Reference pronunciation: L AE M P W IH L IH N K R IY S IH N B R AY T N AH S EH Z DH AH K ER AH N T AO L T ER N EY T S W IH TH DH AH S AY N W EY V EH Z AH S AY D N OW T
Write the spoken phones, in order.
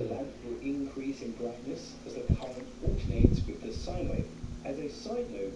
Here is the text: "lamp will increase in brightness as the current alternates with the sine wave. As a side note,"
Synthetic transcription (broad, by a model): L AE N W IH L IH N K R IY S IH N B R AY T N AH S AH Z DH AH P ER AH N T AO T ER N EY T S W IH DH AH S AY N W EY AH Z AH S AY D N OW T